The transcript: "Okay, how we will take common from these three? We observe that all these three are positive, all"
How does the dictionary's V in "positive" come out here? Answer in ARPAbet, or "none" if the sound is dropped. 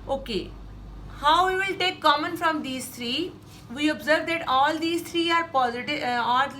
none